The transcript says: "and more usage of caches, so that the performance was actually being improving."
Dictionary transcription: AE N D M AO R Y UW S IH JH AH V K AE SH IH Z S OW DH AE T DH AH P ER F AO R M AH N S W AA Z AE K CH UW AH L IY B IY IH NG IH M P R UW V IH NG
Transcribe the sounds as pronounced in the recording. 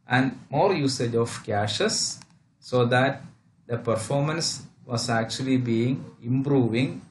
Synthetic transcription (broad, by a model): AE N D M AO R Y UW S IH JH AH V K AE SH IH S OW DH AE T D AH P ER F AO R M AH N S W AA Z AE K CH UW AH L IY B IY IH NG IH M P R UW V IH NG